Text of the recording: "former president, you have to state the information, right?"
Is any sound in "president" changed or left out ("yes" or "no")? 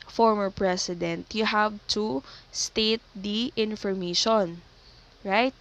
yes